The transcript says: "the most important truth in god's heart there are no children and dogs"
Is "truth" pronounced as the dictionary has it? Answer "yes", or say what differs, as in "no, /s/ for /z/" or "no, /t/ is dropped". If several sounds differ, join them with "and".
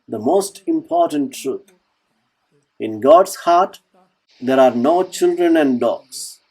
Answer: no, /t/ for /θ/